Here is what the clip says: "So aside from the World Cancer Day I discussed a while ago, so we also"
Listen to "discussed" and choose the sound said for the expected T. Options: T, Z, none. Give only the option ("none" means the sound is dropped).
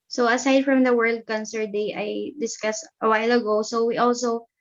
T